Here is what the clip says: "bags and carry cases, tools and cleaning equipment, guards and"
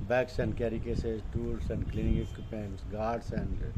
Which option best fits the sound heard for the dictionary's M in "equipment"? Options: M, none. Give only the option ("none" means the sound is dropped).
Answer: none